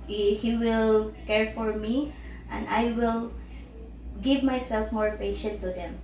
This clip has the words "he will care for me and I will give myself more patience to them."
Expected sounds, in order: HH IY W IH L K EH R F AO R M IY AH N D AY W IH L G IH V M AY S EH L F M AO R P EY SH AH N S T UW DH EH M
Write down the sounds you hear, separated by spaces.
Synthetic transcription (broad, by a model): HH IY W IH L K EH R F AO R M IY AH N D AY W IH L G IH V M AY S EH L F M AO R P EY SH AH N T UW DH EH M